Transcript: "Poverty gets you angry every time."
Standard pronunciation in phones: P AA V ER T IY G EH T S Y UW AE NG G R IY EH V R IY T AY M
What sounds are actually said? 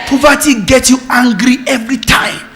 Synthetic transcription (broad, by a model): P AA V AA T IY G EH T Y UW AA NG G R IY EH V R IY T AY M